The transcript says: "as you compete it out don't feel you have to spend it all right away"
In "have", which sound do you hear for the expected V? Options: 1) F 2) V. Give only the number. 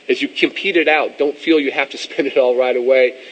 1